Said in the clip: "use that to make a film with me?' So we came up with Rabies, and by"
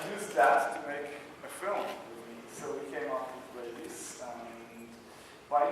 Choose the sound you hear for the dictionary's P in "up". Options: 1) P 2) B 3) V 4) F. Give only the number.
4